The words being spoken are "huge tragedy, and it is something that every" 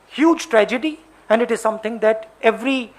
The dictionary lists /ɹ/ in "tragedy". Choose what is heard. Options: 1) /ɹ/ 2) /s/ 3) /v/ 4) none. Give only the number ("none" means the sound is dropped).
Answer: 1